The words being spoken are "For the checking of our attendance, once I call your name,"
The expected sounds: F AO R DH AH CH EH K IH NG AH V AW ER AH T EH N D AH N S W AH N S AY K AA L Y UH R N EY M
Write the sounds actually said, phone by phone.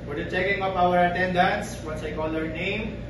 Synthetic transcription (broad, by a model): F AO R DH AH CH EH K IH NG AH P AW ER AH T EH N D AH N S W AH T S AY K AA L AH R N EY M